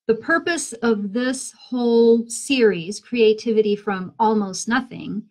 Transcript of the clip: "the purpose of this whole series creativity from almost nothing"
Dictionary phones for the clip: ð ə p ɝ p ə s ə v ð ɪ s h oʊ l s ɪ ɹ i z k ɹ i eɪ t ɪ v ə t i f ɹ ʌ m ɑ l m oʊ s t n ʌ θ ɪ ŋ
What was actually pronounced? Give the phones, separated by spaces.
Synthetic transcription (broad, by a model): ð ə p ɝ p ə s ə v ð ɪ s h oʊ l s ɪ ɹ i z k ɹ i eɪ t ɪ v ə t i f ɹ ʌ m ɑ l m oʊ s t n ʌ θ ɪ ŋ